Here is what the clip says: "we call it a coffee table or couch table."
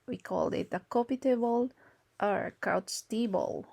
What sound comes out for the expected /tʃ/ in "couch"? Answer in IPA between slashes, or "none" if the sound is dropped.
/s/